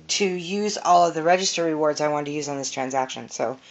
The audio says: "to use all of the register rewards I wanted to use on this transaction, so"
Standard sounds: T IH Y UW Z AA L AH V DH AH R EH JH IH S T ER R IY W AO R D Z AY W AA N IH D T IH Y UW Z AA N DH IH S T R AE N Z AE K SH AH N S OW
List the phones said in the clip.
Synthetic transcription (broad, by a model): T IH Y UW Z AA L AH V DH AH R EH JH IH S T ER R IY W AO R D Z AY W AA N T IH Y UW Z N DH IH S T R AE N Z AE K SH AH N S OW